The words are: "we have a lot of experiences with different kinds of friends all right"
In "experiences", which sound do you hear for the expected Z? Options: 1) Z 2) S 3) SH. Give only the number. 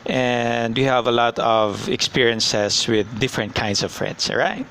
2